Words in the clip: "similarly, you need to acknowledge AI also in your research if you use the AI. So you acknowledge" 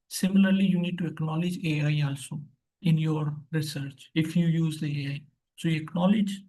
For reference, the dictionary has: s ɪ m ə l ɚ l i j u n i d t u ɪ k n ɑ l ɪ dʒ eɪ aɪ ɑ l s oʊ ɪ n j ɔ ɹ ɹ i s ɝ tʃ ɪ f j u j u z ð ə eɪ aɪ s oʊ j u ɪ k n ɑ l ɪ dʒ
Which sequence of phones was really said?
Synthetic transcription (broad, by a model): s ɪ m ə l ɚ l i j u n i d t u ɪ k n ɑ l ɪ dʒ eɪ aɪ ɑ l s oʊ ɪ n j ɔ ɹ ɹ i s ɝ tʃ ɪ f j u j u z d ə eɪ aɪ s oʊ j u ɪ k n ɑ l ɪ dʒ